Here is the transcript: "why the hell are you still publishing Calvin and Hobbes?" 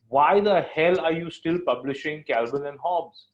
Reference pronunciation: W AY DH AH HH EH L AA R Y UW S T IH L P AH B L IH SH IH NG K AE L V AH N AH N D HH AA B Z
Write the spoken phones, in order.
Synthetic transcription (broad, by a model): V AY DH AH HH EH L AA R Y UW S T IH L P AH B L IH SH IH NG K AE L B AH N AH N D HH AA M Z